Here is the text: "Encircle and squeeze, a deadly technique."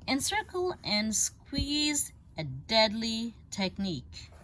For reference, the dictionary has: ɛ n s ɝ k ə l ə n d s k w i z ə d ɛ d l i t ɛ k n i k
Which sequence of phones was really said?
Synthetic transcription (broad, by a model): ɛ n s ɝ k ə l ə n s k w i z ə d ɛ d l i t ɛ k n i k